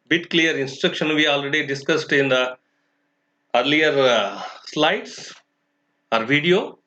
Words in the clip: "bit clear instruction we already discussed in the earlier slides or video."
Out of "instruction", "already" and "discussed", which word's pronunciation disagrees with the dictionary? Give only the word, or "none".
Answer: none